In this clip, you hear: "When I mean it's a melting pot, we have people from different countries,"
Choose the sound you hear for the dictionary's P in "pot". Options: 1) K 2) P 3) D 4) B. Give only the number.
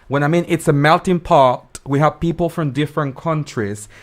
2